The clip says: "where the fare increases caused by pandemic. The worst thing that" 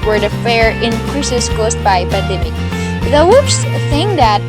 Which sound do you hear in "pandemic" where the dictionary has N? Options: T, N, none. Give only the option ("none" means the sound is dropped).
none